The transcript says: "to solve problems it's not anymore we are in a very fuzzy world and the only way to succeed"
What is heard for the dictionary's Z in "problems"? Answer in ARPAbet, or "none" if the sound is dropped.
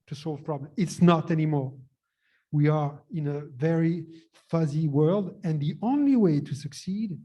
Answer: none